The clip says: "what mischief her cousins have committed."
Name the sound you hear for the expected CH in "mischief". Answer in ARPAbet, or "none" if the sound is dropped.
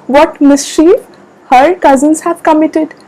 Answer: SH